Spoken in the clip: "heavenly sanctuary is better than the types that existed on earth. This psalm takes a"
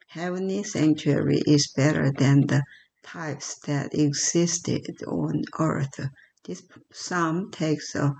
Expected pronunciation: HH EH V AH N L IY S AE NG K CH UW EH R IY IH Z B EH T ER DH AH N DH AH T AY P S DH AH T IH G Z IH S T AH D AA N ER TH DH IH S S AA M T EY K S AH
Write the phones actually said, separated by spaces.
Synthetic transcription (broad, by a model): HH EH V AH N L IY S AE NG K CH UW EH R IY IH Z B EH T ER DH AH N DH AH T AY P S DH AH T IH G Z IH S T AH D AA N ER TH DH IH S S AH M T EY K S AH